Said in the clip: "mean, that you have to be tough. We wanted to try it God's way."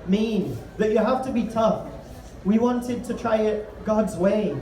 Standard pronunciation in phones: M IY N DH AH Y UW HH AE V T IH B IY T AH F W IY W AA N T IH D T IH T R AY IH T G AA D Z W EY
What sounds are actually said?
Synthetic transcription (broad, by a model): M IY N DH AH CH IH HH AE F T IH B IY T AH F W IY W AA N T IH D T IH T R AY IH T G AA D Z W EY